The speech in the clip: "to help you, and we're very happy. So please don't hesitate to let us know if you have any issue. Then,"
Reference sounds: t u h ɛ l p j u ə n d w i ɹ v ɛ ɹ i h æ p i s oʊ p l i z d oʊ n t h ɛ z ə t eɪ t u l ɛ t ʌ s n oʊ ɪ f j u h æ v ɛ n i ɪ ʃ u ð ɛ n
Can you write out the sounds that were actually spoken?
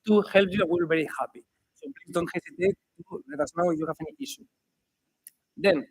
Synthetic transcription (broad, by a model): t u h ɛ l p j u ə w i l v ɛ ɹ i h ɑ p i s oʊ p l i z d oʊ n t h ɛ s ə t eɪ t u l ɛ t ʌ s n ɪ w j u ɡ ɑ f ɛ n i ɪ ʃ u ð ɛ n